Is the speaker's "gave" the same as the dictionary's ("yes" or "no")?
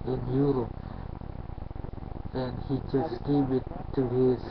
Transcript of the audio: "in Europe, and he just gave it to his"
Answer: no